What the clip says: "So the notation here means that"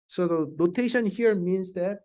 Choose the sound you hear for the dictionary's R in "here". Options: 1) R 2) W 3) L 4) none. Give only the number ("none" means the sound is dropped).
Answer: 1